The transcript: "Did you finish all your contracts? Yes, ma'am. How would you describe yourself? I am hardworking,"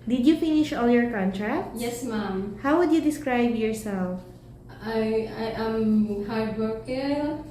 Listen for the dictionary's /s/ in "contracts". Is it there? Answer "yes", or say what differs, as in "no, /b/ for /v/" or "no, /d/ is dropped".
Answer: no, /s/ is dropped